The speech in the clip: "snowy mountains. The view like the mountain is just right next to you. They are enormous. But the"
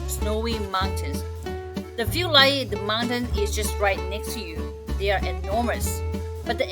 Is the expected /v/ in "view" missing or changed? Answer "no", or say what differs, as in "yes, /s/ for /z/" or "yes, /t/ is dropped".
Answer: yes, /f/ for /v/